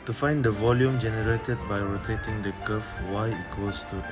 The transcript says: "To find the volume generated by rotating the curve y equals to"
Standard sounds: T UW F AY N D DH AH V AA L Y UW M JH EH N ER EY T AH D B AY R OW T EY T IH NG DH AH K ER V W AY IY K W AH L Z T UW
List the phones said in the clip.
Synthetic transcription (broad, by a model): T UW F AY N D AH V AA L Y UW M JH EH N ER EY T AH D B AY R OW T EY T IH NG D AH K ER F W AY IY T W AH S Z T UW